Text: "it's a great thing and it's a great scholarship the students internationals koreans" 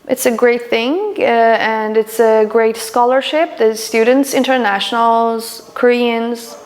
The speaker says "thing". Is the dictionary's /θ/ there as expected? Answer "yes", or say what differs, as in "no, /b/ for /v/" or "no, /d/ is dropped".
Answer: yes